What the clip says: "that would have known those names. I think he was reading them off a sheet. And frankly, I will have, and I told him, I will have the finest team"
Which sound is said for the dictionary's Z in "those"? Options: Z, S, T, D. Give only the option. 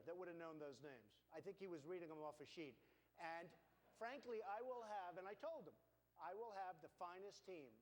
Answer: Z